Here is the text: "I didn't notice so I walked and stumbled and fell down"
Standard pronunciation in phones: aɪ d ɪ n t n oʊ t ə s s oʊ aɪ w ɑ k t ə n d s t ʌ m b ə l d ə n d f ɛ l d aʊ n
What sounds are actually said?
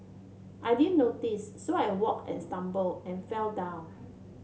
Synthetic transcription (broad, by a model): aɪ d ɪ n n oʊ t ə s s oʊ aɪ w ɑ k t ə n s t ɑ m b ə l ə n f ɛ l d aʊ n